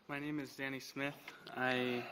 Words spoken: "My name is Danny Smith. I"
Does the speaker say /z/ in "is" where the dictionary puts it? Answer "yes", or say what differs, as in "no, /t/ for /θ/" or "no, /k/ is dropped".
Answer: yes